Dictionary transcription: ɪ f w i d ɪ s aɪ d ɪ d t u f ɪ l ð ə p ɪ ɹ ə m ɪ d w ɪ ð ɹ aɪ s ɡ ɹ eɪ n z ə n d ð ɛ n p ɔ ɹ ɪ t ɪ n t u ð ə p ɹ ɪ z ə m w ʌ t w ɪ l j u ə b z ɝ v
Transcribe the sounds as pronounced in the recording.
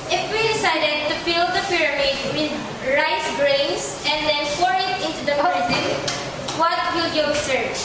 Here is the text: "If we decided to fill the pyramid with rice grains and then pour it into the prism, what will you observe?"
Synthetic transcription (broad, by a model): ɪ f w i d ɪ s aɪ d ɪ d t u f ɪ l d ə p ɪ ɹ ə m ɪ d w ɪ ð ɹ aɪ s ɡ ɹ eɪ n s ə n d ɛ n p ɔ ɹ ɪ t ɪ n t u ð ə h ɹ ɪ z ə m w ʌ t w ɪ l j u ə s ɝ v